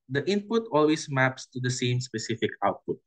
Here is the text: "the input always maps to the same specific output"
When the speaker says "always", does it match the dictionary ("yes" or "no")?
no